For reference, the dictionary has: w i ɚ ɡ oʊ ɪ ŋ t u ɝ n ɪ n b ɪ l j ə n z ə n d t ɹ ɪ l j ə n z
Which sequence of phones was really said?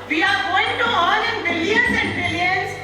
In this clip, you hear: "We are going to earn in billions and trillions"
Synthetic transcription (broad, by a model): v i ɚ ɡ oʊ ɪ ŋ t u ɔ l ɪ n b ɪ l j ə n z ə n d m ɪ l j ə n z